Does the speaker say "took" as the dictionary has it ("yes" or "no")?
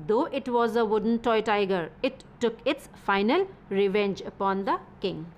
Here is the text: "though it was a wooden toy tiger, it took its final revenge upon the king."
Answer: yes